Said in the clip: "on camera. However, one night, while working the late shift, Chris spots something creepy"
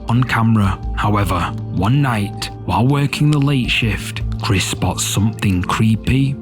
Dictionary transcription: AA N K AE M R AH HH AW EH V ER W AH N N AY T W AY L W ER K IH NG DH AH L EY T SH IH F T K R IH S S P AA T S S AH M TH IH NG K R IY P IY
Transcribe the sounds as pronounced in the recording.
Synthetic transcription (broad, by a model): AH N K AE M R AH HH AW EH V ER W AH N N AY T W AY L W ER K IH NG DH AH L EY T SH IH F T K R IH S S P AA T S S AH M TH IH NG K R IY P IY